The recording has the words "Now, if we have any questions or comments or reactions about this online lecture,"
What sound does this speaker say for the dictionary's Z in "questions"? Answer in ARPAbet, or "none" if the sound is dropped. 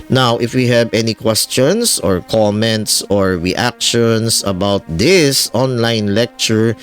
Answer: S